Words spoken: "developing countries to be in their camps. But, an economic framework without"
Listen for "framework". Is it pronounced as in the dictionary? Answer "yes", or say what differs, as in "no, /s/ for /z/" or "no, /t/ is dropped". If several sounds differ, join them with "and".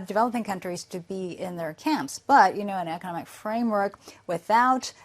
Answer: yes